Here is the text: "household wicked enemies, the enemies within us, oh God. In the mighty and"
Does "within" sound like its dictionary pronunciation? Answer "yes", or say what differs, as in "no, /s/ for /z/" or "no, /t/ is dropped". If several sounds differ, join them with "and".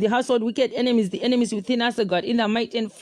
yes